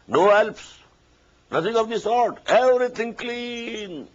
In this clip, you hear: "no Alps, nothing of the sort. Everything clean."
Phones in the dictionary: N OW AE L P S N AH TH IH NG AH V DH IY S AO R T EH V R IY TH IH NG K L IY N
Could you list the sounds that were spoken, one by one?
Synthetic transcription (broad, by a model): N OW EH L P S N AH T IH NG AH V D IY S AO R T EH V R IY T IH NG K L IY N